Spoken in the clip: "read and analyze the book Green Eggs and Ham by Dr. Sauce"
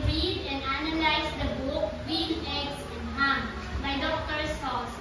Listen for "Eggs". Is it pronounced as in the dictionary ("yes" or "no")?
no